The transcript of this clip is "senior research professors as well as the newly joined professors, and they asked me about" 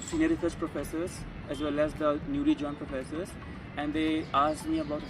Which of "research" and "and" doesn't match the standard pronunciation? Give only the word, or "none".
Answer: research